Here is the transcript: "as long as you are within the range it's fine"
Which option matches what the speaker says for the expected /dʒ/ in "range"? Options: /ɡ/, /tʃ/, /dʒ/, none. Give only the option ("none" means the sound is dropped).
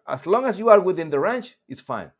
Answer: /tʃ/